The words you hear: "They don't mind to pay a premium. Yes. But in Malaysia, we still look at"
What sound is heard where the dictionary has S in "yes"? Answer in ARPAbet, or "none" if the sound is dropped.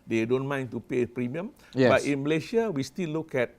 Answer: none